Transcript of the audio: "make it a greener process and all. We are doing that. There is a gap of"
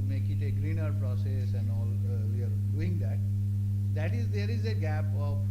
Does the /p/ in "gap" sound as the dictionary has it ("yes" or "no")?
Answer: yes